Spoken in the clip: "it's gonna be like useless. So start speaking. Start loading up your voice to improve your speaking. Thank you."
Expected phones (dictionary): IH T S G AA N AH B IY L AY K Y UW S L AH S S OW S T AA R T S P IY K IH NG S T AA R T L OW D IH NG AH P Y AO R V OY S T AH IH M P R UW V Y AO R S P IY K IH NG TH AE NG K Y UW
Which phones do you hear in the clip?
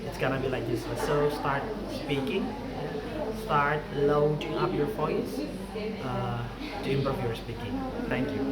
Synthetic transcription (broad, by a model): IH T S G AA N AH B IY L AY K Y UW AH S S OW S T AA R T S P IY K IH NG S T AA R T L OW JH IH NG AH P Y AO R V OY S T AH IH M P AO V Y AO R S P IY K IH NG T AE NG K Y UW